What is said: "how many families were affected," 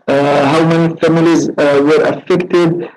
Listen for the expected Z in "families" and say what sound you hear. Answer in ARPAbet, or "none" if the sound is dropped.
Z